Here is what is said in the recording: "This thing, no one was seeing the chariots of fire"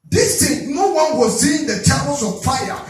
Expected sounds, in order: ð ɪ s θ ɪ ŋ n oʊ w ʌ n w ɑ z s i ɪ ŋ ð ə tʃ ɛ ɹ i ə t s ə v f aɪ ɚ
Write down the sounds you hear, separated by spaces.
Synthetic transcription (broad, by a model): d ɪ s t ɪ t n oʊ w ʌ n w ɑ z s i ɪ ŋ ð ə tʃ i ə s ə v f aɪ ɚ